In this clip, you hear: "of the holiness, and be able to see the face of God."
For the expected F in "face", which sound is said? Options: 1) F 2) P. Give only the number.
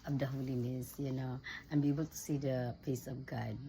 2